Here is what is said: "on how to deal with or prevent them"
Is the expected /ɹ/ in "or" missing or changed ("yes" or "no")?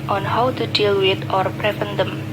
no